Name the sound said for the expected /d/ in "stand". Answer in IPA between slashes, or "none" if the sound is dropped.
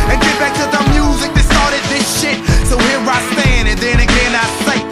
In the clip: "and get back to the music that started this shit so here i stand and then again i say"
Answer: none